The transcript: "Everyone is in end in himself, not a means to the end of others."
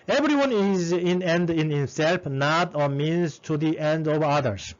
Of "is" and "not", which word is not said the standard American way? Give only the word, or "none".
none